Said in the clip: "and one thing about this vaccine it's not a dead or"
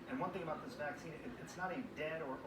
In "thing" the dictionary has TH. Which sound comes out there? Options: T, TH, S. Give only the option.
TH